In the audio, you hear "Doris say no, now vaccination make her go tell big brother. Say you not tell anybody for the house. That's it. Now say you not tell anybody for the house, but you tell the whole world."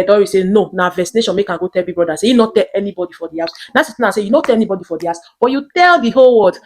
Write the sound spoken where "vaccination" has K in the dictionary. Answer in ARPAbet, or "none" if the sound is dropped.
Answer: none